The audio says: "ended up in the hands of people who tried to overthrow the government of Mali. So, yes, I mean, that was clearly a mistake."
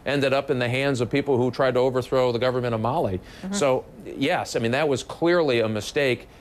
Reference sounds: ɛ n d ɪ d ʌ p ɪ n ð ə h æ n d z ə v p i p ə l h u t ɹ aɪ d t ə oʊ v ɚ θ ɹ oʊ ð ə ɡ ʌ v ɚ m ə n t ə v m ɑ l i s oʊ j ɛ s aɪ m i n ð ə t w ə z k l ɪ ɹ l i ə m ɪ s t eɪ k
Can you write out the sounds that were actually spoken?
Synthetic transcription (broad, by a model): ɛ n d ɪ d ʌ p ɪ n ð ə h æ n d z ə v p i p l h u t ɹ aɪ d t ə oʊ v ɚ θ ɹ oʊ ð ə ɡ ʌ v ɚ m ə t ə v m ɑ l i s oʊ j ɛ s aɪ m i n ð ə t w ə z k l ɪ ɹ l i ə m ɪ s t eɪ k